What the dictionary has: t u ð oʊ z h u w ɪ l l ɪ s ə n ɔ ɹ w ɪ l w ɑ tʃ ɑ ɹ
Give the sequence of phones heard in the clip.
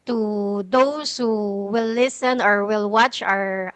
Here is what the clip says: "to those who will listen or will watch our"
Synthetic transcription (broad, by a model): t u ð oʊ s h u w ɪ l l ɪ s ə n ɔ ɹ w ɪ l w ɑ tʃ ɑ ɹ